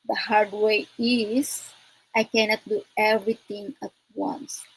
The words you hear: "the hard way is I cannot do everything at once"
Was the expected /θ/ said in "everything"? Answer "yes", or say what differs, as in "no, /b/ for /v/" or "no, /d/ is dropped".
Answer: no, /t/ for /θ/